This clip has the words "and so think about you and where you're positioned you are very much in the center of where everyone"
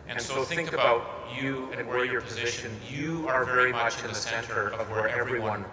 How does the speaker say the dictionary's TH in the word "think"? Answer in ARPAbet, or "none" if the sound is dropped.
TH